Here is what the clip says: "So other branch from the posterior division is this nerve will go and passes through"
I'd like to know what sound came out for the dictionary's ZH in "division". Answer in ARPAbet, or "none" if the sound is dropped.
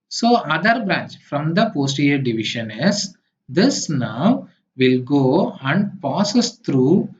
SH